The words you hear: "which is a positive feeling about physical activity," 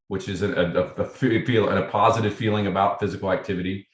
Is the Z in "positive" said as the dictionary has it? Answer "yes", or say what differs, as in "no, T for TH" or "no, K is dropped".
yes